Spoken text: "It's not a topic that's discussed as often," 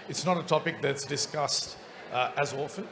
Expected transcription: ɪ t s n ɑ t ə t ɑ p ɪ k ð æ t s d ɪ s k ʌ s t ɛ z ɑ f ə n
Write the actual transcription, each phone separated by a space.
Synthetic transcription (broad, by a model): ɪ t s n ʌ t ə t ɑ p ɪ k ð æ t s d ɪ s k ʌ s t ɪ z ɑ f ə n